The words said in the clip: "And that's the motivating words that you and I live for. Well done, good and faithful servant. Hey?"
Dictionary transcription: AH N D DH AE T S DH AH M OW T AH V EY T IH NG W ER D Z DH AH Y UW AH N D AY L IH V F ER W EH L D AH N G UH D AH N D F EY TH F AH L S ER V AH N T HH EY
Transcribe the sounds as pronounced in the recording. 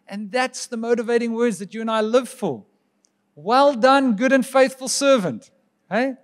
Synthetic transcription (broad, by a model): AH N DH AE T S DH AH M OW T AH V EY T IH NG W ER D Z DH AH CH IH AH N AY L IH V F ER W EH L D AH N G UH D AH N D F EY TH F AH L S ER V AH N T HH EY